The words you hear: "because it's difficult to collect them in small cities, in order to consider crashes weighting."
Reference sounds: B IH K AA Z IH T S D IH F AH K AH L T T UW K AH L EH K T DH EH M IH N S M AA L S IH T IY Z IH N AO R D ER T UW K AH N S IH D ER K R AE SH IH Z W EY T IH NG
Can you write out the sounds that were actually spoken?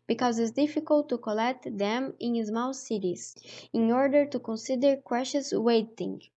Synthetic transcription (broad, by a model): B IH K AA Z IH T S D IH F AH K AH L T T UW K AH L EH K T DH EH M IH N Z M AA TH S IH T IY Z IH N AO R D ER T UW K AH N S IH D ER K W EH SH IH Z W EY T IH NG